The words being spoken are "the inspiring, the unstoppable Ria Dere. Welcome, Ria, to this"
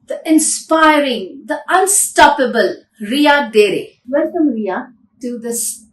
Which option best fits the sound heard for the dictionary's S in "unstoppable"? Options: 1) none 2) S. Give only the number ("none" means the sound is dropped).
2